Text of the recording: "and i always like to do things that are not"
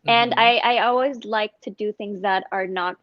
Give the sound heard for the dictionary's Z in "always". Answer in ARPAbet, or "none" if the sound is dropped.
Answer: Z